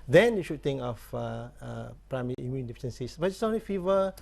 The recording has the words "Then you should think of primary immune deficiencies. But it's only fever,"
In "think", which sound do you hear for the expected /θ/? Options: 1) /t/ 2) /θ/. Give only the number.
1